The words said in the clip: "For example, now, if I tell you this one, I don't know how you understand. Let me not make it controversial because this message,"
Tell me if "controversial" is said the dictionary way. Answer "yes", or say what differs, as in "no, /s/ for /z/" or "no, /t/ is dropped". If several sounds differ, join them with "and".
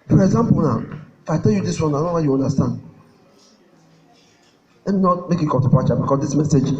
no, /ɹ/ is dropped and /p/ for /v/